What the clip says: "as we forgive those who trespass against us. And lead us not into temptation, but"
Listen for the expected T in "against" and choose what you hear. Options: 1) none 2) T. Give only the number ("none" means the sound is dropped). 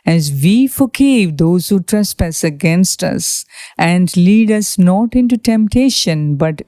2